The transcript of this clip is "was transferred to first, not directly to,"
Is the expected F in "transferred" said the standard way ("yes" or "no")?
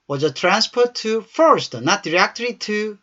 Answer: no